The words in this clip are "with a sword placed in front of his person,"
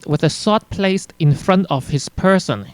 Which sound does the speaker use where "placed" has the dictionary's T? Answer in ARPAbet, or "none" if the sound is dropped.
T